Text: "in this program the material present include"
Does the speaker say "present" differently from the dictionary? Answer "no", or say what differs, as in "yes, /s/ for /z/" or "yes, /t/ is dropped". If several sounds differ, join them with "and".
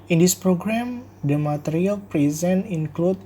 yes, /t/ is dropped